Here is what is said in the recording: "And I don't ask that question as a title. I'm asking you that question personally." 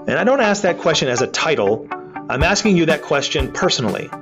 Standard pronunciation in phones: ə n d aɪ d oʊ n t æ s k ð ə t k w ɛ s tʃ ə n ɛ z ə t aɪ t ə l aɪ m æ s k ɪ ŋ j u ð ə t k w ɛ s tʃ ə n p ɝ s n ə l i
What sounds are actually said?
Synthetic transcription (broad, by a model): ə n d aɪ d oʊ n t æ s k ð ə t k w ɛ s tʃ ə n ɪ z ə t aɪ t l aɪ m æ s k ɪ ŋ j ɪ ð ə t k w ɛ s tʃ ə n p ɝ s n l i